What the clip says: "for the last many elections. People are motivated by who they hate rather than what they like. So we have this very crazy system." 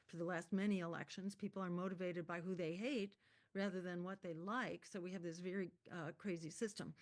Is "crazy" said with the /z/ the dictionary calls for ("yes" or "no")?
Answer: yes